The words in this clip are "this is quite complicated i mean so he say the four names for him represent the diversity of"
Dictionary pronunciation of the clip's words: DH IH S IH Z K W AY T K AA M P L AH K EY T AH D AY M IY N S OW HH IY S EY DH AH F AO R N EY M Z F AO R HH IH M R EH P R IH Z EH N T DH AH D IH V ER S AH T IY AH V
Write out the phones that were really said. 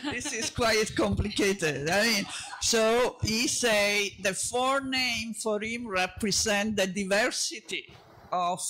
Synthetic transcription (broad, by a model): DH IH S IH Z K W AY T K AA M P L AH K EY T AH D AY M IY N S OW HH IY S EY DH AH F AO R N EY M F AO R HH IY M R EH P R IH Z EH N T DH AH D IH V ER S AH T IY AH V